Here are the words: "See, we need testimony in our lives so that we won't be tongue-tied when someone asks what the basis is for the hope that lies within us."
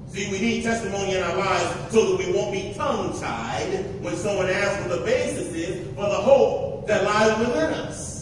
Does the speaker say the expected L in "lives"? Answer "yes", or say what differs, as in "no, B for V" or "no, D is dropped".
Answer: yes